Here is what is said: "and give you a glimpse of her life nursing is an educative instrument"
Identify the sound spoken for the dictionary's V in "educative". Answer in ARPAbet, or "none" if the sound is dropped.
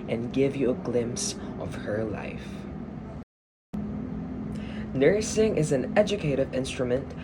V